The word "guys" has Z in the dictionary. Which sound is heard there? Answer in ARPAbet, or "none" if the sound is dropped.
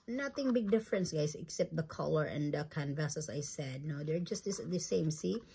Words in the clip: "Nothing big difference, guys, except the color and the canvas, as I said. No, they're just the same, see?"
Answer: S